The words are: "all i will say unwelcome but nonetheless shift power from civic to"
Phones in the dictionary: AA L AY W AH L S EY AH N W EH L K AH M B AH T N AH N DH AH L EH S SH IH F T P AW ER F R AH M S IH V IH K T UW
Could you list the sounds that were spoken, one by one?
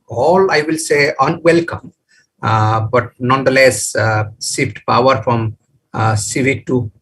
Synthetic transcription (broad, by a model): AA L AY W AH L S EY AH N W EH L K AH M B AH T N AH N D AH L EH S S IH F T P AW ER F R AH M S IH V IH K T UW